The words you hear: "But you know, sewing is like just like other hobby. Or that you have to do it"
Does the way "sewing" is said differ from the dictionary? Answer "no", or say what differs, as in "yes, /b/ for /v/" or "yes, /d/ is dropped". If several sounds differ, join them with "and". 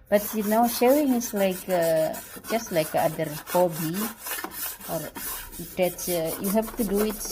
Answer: yes, /ʃ/ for /s/